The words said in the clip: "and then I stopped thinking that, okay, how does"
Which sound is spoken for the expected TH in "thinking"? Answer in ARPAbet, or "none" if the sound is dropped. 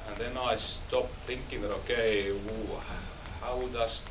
TH